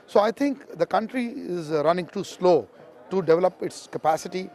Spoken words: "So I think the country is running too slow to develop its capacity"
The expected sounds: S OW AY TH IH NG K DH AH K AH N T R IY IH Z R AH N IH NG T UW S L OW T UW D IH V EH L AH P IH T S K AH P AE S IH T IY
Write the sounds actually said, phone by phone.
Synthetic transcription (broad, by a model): S OW AY T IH NG K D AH K AH N T R IY IH Z R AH N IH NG T UW S L OW T UW D IH V EH L AH P IH T S K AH P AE S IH T IY